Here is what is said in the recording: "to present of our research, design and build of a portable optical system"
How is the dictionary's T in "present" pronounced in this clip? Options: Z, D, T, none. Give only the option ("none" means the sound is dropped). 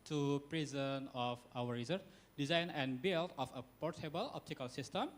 none